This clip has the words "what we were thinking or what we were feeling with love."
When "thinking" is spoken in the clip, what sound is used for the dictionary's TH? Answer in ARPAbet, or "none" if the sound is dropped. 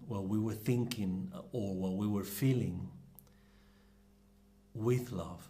TH